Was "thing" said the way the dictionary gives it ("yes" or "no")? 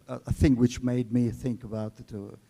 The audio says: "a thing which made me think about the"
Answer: yes